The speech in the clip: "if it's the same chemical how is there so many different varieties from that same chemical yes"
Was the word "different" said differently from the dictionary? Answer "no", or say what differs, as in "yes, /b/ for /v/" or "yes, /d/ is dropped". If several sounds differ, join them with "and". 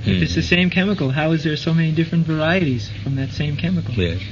no